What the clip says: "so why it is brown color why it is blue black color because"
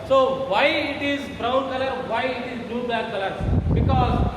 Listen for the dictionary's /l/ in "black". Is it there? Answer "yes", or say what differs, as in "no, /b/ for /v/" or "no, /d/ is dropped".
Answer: no, /l/ is dropped